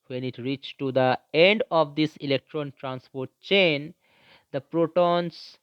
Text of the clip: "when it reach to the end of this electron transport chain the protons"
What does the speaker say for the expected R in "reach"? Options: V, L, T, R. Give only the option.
R